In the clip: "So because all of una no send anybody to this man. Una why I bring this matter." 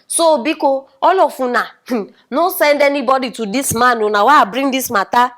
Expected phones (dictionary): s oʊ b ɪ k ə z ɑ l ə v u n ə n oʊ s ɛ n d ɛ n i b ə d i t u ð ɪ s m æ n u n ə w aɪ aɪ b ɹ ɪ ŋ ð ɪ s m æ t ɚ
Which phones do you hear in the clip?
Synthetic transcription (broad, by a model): s oʊ b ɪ k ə ɑ l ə f u n ə n oʊ s ɛ n d ɛ n i b ə d i t u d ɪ s m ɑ n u n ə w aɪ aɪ b ɹ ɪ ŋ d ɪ s m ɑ t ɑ